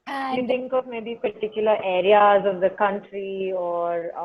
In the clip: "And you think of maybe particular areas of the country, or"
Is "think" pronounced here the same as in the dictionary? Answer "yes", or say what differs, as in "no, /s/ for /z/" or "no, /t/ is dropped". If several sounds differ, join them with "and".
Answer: no, /t/ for /θ/